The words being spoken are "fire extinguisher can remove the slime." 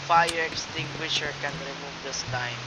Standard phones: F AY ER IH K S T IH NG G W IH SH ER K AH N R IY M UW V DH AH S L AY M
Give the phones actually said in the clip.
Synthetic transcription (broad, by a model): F AY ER IH K S T IH NG G W IH SH ER K AH N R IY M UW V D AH S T AY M